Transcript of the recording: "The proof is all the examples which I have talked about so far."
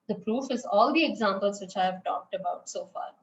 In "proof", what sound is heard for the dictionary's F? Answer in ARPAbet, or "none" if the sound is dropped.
F